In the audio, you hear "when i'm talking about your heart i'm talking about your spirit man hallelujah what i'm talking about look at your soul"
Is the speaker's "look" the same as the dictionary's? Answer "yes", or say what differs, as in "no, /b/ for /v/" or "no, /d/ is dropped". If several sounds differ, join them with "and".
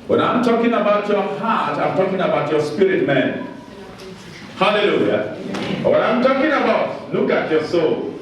no, /n/ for /l/